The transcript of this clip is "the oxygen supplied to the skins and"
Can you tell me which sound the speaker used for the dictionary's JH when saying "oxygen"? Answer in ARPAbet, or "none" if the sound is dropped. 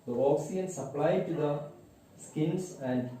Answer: none